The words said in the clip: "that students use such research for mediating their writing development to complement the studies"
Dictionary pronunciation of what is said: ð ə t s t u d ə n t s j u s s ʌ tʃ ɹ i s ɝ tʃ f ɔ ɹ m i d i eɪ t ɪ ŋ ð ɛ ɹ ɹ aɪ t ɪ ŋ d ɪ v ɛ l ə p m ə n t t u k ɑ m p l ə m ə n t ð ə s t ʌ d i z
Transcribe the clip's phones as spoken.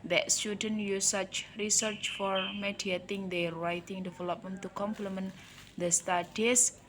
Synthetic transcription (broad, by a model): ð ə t s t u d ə n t j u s s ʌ tʃ ɹ i s ɝ tʃ f ɔ ɹ m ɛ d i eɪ t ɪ ŋ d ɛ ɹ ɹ aɪ t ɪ ŋ d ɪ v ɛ l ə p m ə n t t u k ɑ m p l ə m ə n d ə s t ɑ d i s